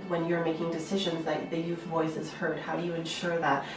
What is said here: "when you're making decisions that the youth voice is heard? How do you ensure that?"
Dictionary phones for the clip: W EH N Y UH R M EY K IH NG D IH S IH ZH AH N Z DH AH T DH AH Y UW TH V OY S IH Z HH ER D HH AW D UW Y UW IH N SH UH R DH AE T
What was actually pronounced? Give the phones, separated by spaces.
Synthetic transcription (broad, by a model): W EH N Y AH R M EY K IH NG D IH S IH ZH AH N Z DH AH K DH AH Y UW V V OY S IH Z HH ER D HH AW D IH Y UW IH N SH UH R DH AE T